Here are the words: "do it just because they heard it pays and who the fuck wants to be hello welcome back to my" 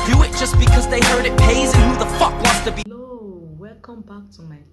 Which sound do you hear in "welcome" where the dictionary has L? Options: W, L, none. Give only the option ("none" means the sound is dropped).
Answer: none